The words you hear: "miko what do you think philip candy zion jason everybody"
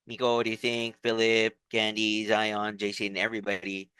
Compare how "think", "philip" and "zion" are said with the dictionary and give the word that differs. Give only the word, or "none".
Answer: none